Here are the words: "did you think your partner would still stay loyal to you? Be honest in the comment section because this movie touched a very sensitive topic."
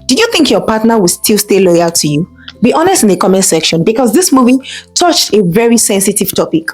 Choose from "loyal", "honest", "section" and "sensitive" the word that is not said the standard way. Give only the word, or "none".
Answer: none